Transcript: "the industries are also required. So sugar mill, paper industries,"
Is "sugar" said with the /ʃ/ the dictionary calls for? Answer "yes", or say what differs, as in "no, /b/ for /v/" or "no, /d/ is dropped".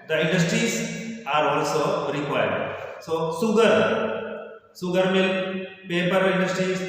no, /s/ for /ʃ/